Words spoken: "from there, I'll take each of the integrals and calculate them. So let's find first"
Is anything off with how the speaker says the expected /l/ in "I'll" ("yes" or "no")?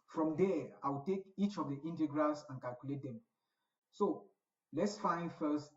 yes